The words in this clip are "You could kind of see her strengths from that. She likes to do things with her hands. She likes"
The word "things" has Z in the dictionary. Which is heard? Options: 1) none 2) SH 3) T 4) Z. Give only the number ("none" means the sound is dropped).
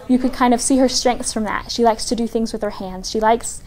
4